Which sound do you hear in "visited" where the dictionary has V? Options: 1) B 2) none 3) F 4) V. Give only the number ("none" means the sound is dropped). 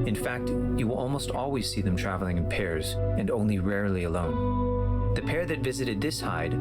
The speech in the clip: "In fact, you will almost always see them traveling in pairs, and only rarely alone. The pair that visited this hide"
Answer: 4